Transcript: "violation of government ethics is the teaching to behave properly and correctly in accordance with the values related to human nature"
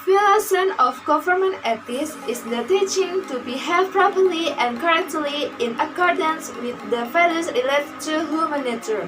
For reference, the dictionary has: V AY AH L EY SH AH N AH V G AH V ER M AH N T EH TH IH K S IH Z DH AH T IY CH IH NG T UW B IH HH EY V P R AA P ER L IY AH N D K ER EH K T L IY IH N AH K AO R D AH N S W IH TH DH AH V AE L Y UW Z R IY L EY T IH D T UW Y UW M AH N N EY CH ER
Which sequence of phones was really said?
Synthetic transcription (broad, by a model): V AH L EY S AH N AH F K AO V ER M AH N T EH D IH S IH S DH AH T IY CH IH NG T UW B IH HH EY P R AA P ER L IY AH N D K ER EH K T L IY IH N AH K AO R D AH N S W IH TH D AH F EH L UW S R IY L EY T T UW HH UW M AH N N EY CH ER